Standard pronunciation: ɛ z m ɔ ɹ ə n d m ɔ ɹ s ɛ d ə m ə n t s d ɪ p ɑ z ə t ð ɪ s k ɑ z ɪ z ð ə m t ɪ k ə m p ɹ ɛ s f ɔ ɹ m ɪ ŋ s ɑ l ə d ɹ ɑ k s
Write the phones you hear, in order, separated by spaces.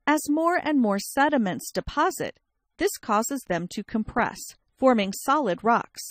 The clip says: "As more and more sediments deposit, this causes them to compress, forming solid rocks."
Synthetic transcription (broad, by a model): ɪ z m ɔ ɹ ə n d m ɔ ɹ s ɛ d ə m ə n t s d ɪ p ɑ z ə t ð ɪ s k ɑ z ɪ z ð ə m t ɪ k ə m p ɹ ɛ s f ɔ ɹ m ɪ ŋ s ɑ l ə d ɹ ɑ k s